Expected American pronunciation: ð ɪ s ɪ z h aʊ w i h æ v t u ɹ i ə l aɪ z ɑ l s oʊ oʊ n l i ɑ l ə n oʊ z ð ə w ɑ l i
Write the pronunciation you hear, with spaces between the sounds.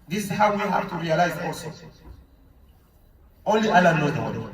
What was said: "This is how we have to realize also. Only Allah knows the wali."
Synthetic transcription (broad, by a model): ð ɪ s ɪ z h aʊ w i h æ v t u ɹ i ə l aɪ z ɑ l s oʊ oʊ n l i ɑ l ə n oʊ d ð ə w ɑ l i